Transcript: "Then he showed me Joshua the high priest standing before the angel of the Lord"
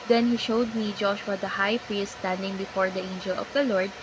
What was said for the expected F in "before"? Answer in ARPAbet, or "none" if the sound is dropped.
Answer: F